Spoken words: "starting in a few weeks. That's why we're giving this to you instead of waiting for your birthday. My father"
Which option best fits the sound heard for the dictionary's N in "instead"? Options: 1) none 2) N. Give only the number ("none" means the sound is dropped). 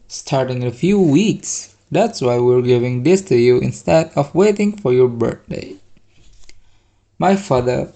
2